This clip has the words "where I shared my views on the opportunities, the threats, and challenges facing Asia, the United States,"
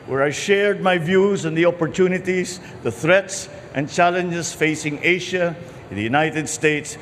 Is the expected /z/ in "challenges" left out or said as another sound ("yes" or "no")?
yes